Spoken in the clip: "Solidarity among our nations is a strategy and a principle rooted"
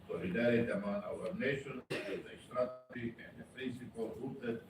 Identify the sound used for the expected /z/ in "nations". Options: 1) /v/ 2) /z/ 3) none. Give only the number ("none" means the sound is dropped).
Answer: 3